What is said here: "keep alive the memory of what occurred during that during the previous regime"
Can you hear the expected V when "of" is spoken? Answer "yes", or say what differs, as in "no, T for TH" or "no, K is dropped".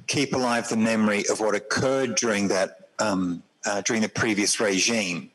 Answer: yes